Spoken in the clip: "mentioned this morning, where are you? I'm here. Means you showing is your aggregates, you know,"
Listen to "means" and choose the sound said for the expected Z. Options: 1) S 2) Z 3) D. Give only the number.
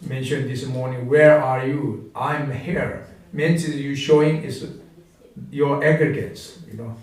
1